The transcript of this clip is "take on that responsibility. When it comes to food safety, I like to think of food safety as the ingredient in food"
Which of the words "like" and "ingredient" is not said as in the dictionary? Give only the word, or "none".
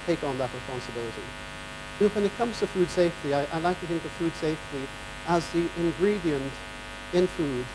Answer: none